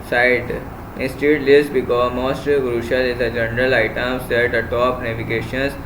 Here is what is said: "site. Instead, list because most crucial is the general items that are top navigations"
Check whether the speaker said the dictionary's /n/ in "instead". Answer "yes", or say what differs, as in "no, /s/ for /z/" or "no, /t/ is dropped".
no, /n/ is dropped